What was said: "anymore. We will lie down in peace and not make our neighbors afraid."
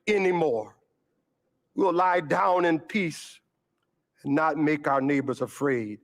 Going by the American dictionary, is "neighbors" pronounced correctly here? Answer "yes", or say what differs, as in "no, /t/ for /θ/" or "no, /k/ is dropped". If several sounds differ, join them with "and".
yes